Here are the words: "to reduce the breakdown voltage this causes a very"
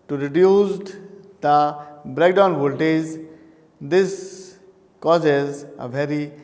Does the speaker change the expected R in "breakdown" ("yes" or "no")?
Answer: no